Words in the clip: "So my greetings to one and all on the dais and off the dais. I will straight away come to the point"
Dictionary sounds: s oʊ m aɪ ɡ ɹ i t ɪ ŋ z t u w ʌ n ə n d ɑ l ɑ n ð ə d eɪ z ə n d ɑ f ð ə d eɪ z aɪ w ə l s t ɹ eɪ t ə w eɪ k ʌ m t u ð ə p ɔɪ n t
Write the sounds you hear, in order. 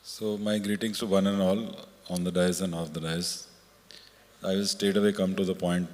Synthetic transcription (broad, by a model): s oʊ m aɪ ɡ ɹ i t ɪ ŋ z t u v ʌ n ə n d ɑ l ɑ n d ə d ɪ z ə n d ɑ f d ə d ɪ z aɪ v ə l s t eɪ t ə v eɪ k ʌ m t u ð ə p ɔɪ n t